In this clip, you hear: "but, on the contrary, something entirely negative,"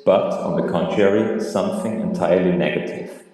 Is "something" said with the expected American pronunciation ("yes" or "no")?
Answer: yes